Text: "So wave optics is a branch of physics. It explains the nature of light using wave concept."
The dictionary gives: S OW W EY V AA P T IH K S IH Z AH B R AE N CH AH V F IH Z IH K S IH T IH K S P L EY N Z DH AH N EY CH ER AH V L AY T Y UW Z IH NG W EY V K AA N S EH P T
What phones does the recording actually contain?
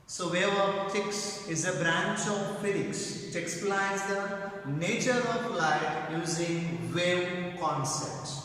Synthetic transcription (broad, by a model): S OW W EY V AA T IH K S IH Z AH B R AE N CH AH V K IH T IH K S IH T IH K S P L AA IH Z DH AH N EY CH ER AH P L AY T Y UW Z IH NG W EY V K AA N S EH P T